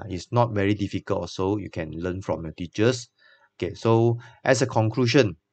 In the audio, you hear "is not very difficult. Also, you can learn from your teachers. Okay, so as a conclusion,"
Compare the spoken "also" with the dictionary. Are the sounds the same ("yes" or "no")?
no